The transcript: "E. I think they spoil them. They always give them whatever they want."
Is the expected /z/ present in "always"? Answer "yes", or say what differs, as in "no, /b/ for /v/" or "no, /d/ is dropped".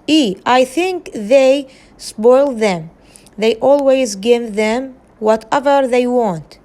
yes